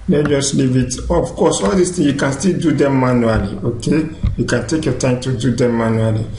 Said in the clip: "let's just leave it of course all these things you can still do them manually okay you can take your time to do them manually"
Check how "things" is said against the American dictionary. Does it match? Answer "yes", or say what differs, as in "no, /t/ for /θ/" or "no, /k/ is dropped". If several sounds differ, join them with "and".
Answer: no, /z/ is dropped